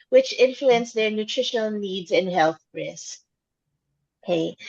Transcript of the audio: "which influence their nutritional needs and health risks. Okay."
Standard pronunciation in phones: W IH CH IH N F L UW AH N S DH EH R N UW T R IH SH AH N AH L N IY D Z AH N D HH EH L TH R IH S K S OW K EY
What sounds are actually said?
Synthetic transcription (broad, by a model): W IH CH IH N F L UW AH N S DH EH R N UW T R IH SH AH N L N IY D Z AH N HH EH L TH R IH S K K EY